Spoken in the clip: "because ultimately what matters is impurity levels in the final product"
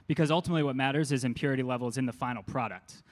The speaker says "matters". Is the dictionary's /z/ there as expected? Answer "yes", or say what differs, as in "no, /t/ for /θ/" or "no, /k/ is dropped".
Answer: yes